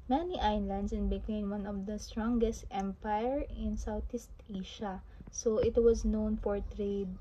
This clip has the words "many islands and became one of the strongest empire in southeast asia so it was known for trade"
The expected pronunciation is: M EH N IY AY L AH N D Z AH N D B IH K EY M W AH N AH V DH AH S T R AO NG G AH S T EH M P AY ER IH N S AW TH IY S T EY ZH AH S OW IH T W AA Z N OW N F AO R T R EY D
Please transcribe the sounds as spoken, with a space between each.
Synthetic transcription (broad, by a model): M EH N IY AY L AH N D S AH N B IH K EY M W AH N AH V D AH S T R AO NG G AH S T EH M P AY ER IH N S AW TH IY S T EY SH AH S OW IH T W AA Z N OW N F AO R T R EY D